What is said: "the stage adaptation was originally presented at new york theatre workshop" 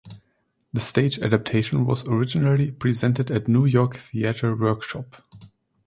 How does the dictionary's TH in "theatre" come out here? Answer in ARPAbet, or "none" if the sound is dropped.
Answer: TH